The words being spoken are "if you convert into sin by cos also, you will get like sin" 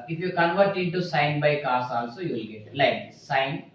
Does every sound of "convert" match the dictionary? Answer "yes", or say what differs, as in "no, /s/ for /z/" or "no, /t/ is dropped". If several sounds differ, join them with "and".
yes